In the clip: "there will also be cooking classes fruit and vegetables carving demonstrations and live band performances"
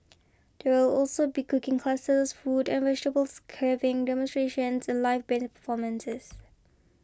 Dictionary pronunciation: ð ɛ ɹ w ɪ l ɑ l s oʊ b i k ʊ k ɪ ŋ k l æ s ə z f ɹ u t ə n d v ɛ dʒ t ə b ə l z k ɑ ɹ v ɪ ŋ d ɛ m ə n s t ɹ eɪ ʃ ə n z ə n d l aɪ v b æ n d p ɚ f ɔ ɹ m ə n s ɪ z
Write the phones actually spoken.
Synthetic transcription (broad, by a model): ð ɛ w ɪ l ɑ l s oʊ b i k ʊ k ɪ ŋ k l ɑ s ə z f u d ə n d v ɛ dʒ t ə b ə l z k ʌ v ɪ ŋ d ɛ m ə n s t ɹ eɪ ʃ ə n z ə n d l aɪ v b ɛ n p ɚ f ɔ m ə n s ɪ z